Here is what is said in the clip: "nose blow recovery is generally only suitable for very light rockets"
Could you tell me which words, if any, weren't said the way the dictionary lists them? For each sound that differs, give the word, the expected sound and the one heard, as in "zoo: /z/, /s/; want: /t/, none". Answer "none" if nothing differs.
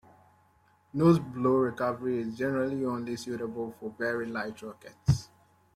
very: /v/, /b/